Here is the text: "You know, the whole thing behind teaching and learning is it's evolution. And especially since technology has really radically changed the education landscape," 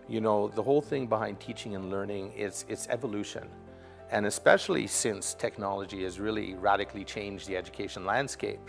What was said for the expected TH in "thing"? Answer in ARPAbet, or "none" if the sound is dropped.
TH